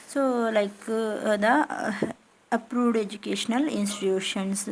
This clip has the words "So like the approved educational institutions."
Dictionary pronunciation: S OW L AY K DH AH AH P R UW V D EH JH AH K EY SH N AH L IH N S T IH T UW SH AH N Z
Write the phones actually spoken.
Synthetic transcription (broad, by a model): S OW L AY K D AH AH P R UW V D EH JH AH K EY SH N AH L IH N S T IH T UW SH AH N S